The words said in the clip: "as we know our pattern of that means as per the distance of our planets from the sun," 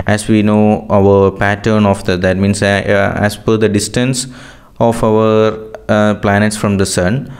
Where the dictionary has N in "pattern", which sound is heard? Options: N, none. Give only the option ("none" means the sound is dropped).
N